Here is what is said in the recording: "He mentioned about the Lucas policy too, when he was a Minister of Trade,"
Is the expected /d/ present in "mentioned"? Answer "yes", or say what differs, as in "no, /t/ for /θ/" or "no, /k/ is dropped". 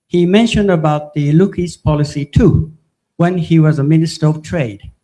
yes